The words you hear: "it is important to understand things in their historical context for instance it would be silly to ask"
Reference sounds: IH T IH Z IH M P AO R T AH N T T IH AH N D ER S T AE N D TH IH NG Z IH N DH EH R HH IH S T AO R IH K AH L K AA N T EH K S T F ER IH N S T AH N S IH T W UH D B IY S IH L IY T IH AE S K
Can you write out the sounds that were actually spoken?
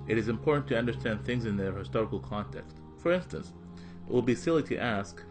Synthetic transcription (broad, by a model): IH T IH Z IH M P AO R T N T T IH AH N D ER S T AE N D TH IH NG Z IH N DH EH R HH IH S T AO R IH K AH L K AA N T EH K S T F ER IH N S T AH N S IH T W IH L B IY S IH L IY T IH AE S K